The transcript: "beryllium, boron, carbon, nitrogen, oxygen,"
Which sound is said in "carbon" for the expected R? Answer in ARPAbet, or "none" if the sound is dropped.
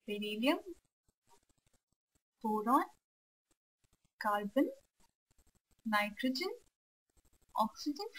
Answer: L